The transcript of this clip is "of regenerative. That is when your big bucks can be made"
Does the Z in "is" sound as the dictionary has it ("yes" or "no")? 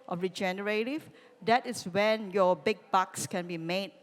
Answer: no